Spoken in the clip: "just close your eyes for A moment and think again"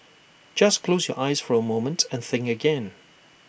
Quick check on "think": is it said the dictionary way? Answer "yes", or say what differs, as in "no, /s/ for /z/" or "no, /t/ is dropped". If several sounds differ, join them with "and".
no, /k/ is dropped